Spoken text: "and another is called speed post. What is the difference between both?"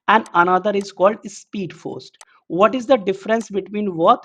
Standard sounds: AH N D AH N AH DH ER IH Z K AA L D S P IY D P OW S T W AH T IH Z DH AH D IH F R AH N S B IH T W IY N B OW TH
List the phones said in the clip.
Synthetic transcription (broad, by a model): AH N D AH N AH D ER IH Z K AA L D S P IY D F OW S T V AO T IH Z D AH D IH F R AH N S B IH T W IY N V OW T